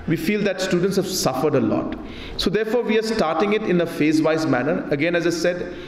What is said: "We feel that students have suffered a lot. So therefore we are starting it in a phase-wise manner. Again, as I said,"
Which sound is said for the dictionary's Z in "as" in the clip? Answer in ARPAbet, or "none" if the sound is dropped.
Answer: Z